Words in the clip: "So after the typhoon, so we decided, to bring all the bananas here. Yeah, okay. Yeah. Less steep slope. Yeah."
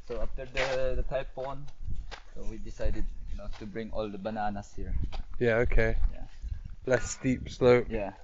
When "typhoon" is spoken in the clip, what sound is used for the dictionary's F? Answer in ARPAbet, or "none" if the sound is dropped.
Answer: P